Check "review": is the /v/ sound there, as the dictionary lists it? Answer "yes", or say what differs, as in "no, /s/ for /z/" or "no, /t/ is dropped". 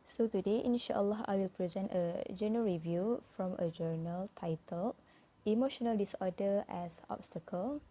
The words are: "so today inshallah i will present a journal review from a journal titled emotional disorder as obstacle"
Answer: yes